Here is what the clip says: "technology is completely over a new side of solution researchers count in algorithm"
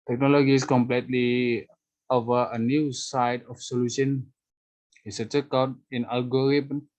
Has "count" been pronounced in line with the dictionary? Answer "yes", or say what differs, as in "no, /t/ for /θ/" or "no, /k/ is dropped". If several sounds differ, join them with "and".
no, /n/ is dropped